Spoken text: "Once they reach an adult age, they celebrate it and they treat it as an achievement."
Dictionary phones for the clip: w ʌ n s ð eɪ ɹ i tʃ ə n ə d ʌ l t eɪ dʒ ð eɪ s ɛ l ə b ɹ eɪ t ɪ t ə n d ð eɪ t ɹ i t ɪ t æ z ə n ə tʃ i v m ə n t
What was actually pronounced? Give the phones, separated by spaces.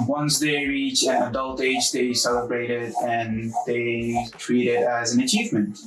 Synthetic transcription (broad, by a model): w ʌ n s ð eɪ ɹ i tʃ ə n ə d ʌ l t eɪ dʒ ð eɪ s ɛ l ə b ɹ eɪ t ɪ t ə n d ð eɪ t ɹ i t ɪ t æ z ə n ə tʃ i v m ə n t